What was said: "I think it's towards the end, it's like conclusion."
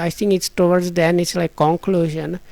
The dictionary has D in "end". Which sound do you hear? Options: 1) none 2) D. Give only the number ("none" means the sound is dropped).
1